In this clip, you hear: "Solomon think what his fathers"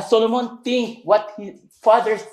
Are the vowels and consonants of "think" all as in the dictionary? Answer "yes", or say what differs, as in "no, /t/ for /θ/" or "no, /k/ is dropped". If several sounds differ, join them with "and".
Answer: no, /t/ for /θ/